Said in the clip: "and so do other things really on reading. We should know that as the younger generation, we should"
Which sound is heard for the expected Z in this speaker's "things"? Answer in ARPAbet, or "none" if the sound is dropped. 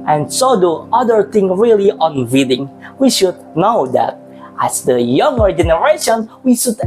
none